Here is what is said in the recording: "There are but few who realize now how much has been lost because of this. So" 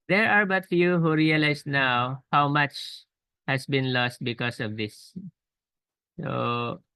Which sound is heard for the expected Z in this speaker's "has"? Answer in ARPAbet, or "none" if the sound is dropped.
S